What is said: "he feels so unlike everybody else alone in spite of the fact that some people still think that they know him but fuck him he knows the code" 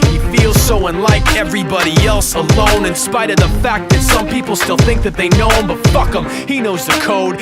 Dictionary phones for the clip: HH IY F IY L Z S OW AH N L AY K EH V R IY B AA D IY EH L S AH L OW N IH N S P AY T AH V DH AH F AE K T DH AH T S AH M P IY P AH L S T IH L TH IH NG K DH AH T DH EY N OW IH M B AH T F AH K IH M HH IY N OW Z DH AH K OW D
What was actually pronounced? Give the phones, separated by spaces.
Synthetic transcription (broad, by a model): HH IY F IY L Z S OW AH N L AY K EH V R IY B AA D IY EH L S AH L OW N IH N S P AY T AH V DH AH F AE K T DH AH T S AH M P IY P L S T IH L TH IH NG K DH AH T DH EY N OW IH M B AH T F AH K IH M HH IY N OW Z DH AH K OW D